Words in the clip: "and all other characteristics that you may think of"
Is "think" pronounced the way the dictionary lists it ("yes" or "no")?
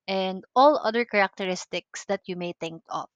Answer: no